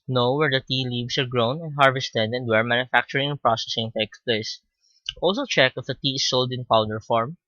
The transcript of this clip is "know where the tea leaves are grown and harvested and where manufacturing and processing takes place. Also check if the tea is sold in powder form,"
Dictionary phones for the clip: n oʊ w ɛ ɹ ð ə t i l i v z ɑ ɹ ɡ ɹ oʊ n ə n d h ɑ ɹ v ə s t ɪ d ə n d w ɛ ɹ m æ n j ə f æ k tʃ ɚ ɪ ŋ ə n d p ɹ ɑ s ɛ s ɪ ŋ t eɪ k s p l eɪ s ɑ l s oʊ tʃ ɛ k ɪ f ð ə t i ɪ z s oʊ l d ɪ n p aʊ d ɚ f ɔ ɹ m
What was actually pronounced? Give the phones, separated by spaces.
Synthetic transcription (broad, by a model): n oʊ w ɛ ɹ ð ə t i l i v s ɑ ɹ ɡ ɹ oʊ n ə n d h ɑ ɹ v ə s t ɪ d ə n d w ɛ ɹ m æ n j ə f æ k tʃ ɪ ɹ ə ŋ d p ɹ ɑ s ɛ s ɪ ŋ t eɪ k s p l eɪ s ɑ l s oʊ tʃ ɛ k ɪ f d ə t i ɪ s oʊ l d ɪ n p aʊ d ɚ f ɔ ɹ m